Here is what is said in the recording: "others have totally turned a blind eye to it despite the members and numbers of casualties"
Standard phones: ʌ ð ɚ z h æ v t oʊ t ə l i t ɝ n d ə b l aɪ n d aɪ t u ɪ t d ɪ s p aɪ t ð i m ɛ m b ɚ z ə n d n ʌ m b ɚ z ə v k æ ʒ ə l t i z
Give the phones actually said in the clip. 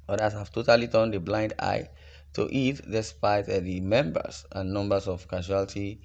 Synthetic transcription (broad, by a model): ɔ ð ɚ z h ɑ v t oʊ t ə l i t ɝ n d ə b l aɪ n d aɪ t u ɪ t d ɪ s p aɪ t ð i m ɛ m b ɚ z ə n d n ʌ m b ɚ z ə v k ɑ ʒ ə l t i